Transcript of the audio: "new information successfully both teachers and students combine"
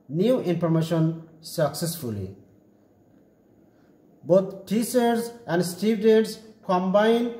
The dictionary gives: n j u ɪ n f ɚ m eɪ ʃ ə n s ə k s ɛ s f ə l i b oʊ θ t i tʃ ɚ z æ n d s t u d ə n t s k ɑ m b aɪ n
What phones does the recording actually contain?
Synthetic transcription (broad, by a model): n j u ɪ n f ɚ m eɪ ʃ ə n s ə k s ɛ s f ə l i b oʊ t t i s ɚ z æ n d s t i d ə t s k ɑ m b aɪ n